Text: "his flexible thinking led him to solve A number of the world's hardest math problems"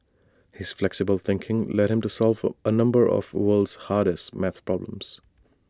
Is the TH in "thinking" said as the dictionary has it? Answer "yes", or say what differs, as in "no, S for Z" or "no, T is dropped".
yes